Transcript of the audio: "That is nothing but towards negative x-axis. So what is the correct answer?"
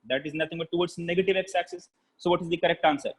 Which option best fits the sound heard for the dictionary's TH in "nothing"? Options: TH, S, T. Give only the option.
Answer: T